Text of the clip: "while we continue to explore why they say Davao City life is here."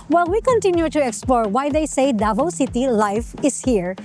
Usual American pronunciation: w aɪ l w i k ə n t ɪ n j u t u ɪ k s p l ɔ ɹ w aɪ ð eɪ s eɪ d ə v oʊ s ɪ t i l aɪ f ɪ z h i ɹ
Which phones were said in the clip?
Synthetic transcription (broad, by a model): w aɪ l w i k ə n t ɪ n j u t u ɪ k s p l ɔ ɹ w aɪ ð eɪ s eɪ d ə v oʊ s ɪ t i l aɪ f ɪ s h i ɹ